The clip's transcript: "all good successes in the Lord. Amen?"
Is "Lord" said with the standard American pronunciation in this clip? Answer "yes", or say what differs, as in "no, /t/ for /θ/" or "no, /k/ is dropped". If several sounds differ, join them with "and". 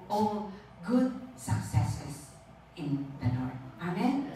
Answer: no, /n/ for /l/